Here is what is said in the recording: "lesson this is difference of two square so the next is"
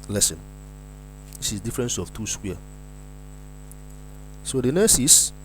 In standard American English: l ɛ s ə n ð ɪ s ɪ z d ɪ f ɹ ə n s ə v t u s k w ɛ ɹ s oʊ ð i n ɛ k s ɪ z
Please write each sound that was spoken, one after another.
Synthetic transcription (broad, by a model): l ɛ s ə n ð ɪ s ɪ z d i f ɹ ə n s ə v t u s k w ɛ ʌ s oʊ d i n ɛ s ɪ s